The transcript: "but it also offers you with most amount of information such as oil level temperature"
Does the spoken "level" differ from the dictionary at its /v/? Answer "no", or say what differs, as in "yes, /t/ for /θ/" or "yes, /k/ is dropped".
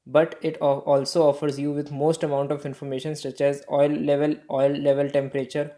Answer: no